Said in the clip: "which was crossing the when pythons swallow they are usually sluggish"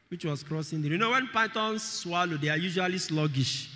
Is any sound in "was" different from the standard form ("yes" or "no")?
yes